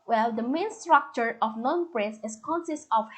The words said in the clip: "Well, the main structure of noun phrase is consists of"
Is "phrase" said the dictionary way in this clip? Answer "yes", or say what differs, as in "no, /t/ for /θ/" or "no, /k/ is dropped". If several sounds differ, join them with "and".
no, /p/ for /f/ and /s/ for /z/